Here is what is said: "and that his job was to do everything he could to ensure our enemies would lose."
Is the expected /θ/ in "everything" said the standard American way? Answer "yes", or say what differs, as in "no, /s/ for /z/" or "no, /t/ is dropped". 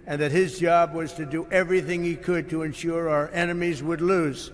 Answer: yes